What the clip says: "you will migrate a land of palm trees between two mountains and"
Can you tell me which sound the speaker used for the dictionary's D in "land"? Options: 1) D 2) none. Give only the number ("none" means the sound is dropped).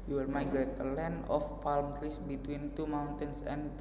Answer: 2